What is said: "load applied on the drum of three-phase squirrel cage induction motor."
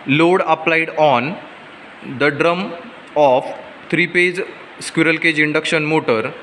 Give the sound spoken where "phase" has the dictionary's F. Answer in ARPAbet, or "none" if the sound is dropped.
P